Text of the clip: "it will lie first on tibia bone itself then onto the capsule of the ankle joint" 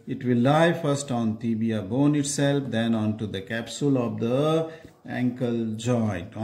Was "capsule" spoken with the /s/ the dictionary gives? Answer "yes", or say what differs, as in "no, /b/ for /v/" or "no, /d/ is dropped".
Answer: yes